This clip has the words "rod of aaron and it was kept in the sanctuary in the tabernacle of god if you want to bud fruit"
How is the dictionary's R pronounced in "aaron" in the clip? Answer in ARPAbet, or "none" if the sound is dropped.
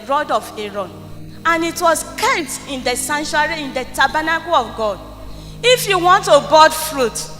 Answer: R